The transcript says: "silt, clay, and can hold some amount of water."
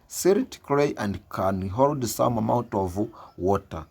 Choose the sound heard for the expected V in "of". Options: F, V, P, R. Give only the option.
V